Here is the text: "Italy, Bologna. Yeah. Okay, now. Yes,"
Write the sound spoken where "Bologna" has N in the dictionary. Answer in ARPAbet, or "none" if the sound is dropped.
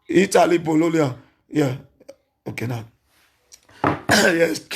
L